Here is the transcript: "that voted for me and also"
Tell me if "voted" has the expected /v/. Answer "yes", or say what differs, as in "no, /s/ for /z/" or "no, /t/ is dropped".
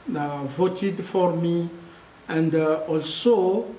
yes